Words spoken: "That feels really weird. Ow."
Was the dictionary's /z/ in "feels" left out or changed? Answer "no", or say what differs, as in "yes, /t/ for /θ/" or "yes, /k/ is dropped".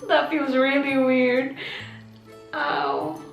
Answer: no